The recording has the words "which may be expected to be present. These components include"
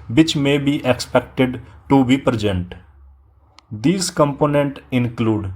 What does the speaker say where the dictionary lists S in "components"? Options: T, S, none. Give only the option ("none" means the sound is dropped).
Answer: none